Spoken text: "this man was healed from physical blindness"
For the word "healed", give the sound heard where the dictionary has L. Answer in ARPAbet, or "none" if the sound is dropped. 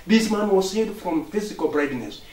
none